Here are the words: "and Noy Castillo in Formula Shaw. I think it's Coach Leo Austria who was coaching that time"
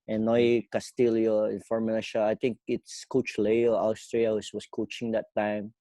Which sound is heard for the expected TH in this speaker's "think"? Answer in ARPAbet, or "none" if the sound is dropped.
T